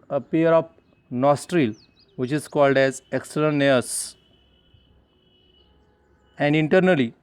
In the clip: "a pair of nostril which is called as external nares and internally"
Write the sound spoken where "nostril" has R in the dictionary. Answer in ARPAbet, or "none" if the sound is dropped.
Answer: R